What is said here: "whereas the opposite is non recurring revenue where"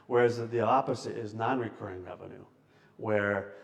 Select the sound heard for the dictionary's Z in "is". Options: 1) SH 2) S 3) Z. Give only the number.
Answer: 3